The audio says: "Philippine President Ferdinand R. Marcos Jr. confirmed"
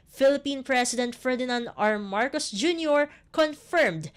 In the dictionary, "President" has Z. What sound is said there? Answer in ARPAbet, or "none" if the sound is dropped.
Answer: S